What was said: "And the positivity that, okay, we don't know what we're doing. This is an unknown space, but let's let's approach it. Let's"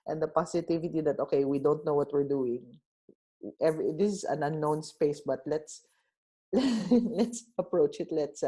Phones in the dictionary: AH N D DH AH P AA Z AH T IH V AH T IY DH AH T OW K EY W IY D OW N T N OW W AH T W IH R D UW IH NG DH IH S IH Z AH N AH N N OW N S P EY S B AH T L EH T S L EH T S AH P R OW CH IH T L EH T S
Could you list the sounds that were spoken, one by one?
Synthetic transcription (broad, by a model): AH N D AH P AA S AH T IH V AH T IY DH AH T OW K EY W IY D OW N T N OW W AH T W IH R D UW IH NG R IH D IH S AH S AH N N OW N S P EY S B AH T L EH T S L EH T S AH P R OW CH IH T L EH T S